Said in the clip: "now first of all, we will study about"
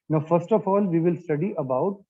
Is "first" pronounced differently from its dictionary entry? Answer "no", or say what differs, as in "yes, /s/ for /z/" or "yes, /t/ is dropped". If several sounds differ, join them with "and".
no